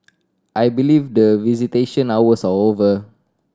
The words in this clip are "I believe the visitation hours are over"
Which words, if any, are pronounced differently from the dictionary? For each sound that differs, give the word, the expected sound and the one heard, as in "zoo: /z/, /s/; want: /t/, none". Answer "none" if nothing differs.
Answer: hours: /z/, /s/; are: /ɹ/, /l/